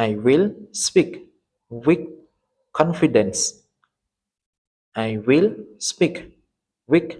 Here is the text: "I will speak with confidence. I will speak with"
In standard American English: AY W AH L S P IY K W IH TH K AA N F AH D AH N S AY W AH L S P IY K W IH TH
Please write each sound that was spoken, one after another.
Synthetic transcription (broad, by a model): AY W AH L S P IY K W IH K AA N F AH D AH N S AY W AH L S P IY K W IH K